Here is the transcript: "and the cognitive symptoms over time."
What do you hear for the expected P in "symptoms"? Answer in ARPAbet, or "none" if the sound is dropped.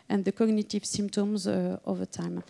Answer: P